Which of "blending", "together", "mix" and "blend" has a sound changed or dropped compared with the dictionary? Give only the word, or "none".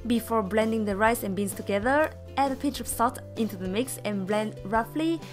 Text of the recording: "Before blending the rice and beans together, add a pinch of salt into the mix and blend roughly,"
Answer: none